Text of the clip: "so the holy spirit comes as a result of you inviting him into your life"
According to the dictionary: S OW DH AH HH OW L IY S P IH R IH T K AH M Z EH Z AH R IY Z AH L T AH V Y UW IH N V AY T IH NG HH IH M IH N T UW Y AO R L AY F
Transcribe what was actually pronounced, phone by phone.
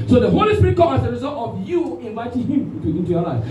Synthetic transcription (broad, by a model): S OW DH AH HH OW L IY S P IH R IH T K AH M AA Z AH R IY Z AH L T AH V Y UW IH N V AY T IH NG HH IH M IH N T UW Y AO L AY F